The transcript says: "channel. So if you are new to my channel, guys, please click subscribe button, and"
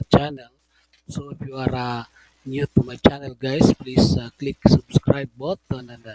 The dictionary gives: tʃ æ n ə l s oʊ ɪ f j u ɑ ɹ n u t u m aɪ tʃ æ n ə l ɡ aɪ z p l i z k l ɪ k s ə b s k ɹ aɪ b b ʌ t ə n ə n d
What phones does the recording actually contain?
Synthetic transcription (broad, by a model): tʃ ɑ n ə l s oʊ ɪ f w ɑ ɹ n u t u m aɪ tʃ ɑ n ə l ɡ aɪ s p l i s k l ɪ k s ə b s k ɹ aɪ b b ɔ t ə n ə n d